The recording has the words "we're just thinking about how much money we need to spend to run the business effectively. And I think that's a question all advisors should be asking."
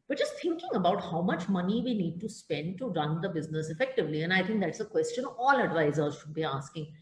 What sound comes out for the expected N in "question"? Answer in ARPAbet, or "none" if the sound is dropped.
N